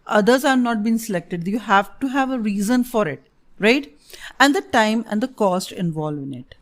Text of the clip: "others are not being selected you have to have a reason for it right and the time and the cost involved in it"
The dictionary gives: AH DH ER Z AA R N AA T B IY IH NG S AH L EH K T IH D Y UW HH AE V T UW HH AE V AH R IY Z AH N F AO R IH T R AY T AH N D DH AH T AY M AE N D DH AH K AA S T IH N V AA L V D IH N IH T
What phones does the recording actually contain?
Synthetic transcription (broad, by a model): AH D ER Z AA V N AA T B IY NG S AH L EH K T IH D Y UW HH AE V T UW HH AE V AH R IY Z AH N F AO R IH T R AY T AH N D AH T AY M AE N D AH K AA S T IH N V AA L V IH N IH T